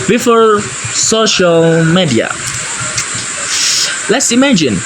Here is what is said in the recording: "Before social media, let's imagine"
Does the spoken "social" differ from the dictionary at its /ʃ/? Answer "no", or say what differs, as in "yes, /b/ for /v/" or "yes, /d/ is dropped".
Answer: no